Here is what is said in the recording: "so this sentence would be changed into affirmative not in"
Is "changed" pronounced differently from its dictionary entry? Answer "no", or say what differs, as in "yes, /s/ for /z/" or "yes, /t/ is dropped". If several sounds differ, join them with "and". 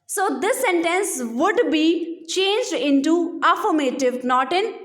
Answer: no